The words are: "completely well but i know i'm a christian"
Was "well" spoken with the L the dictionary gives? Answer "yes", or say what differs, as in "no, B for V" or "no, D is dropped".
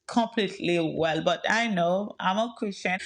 yes